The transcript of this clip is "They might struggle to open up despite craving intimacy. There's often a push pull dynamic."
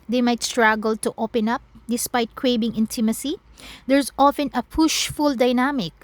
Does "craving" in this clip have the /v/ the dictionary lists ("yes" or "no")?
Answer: no